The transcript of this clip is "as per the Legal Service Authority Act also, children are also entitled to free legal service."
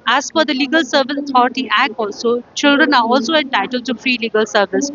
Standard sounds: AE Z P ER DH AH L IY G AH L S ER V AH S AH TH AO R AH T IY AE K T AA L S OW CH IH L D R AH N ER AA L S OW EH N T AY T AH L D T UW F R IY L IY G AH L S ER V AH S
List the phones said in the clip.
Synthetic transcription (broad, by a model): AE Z F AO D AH L IY G AH L S ER V AH S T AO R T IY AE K AA L S OW CH IH L D R AH N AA AA L S OW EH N T AY T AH L T UW F R IY L IY G AH L S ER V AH S